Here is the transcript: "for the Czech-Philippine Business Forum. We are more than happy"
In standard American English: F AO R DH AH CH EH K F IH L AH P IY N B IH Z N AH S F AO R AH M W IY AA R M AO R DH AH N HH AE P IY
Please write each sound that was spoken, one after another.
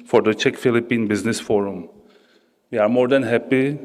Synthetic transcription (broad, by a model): F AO R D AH CH EH K F IH L AH P IY N B IH Z N AH S F AO R AH M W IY AA R M AO R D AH N HH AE P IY